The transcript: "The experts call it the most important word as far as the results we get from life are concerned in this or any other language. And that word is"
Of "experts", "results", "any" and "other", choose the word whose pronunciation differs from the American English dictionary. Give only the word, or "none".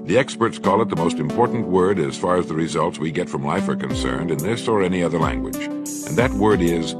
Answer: none